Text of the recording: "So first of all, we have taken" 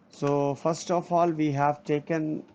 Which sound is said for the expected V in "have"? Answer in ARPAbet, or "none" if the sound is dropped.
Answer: V